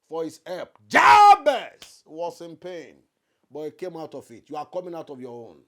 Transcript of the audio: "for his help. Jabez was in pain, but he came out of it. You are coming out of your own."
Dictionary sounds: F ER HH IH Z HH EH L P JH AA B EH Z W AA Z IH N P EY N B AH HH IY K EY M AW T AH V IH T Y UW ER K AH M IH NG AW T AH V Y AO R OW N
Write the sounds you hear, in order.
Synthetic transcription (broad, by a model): F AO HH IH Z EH P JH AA B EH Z W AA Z IH N P EY N B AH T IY K EY M AW T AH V IH T Y UW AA K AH M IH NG AW T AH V Y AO OW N